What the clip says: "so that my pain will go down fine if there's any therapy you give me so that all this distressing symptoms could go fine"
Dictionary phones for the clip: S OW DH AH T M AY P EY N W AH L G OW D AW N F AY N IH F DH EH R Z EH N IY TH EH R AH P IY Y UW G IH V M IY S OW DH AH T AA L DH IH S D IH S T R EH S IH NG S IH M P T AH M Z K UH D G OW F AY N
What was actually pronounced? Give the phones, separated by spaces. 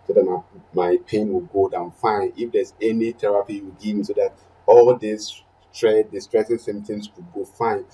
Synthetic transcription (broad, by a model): S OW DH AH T M AY P EY N W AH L G OW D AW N F AY N IH F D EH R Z EH N IY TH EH R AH P IY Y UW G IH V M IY S OW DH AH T AA L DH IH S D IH S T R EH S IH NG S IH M T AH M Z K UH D G OW F AY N